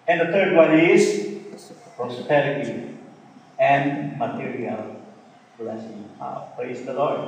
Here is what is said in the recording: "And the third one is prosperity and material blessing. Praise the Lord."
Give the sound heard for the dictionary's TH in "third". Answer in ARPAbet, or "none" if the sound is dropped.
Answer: T